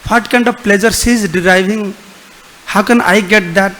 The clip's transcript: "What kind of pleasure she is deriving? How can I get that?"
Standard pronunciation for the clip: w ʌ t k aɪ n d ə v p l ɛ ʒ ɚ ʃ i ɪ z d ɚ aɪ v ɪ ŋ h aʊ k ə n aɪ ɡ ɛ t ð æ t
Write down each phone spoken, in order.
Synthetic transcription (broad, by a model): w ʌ t k aɪ n d ə v p l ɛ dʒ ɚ s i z d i aɪ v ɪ ŋ h aʊ k ə n aɪ ɡ ɛ t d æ t